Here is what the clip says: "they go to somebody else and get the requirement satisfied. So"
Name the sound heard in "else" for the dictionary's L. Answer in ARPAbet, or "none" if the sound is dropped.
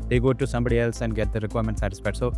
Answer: L